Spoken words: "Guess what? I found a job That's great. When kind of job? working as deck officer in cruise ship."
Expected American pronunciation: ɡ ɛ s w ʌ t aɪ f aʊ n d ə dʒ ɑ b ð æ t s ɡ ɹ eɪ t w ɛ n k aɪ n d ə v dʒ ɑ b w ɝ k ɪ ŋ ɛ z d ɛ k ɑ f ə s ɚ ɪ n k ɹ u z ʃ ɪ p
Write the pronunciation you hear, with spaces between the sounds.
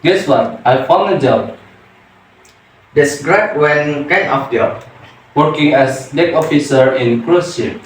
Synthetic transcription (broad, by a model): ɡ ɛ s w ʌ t aɪ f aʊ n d ə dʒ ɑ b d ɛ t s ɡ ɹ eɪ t w ɛ n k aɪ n ə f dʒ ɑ w ɝ k ɪ ŋ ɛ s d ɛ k ɑ f ə s ɚ ɪ n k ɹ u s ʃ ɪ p